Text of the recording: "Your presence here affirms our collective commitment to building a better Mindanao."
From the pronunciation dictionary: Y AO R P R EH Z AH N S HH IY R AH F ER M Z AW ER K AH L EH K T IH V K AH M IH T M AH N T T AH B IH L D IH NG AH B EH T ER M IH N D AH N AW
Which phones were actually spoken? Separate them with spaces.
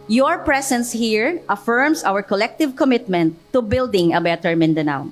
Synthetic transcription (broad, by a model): Y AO R P R EH S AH N S HH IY R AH F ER M S AW ER K AH L EH K T IH V K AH M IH T M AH N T T AH B IH L D IH NG AH B EH T ER M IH N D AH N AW